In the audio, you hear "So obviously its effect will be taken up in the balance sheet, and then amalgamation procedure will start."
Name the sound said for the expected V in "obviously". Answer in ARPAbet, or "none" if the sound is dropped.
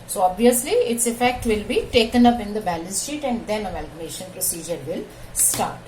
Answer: V